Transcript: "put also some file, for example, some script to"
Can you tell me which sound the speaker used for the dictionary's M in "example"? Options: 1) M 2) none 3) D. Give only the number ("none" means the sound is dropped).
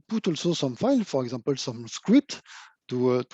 2